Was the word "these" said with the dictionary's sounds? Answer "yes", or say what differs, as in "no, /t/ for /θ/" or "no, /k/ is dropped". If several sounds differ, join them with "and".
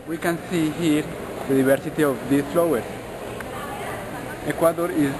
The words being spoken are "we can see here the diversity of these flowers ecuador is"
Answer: no, /z/ is dropped